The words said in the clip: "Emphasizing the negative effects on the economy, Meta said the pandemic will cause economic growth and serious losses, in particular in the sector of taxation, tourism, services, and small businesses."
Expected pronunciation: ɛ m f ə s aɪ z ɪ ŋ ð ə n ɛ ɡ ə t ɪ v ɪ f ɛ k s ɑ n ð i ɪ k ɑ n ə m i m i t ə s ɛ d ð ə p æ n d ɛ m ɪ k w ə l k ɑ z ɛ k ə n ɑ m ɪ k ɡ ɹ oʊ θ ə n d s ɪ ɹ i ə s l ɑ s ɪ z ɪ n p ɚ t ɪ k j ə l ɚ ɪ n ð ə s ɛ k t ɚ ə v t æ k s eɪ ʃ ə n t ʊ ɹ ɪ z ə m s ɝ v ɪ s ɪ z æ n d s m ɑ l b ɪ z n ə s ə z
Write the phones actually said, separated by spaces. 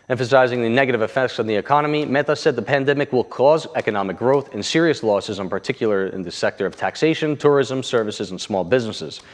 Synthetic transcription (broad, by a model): ɛ m f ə s aɪ z ɪ ŋ ð ə n ɛ ɡ ə t ɪ v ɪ f ɛ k s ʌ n ð i ɪ k ɑ n ə m i m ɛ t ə s ɛ d ð ə p æ n d ɛ m ɪ k w ə l k ɑ z ɛ k ə n ɑ m ɪ k ɡ ɹ oʊ θ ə n s ɪ ɹ i ə s l ɑ s ɪ z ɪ n p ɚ t ɪ k j l ɚ ɪ n ð ə s ɛ k t ɚ ə v t æ k s eɪ ʃ ə n t ʊ ɹ ɪ z ə m s ɝ v ɪ s ɪ z n s m ɑ l b ɪ z n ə s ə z